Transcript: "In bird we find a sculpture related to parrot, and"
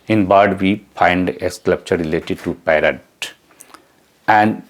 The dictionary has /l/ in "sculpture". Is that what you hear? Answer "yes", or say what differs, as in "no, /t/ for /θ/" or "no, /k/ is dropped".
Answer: no, /l/ is dropped